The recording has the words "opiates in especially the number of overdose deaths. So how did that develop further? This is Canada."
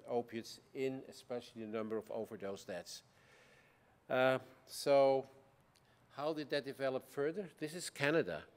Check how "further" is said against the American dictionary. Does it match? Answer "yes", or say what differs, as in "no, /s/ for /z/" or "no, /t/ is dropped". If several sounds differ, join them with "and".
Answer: yes